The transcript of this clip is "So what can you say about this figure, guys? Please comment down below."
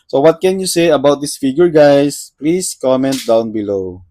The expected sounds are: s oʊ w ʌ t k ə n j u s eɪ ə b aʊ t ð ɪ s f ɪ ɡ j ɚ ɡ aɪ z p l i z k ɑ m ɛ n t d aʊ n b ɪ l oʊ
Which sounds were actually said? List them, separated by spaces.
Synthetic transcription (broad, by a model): s oʊ w ʌ t k ə n j u s eɪ ə b aʊ t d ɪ s f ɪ ɡ j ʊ ɡ aɪ s p l i s k ɑ m ɛ n t d aʊ n b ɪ l oʊ